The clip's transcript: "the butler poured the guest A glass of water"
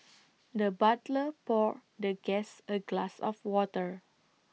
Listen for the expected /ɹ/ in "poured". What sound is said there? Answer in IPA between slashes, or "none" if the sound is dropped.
/ɹ/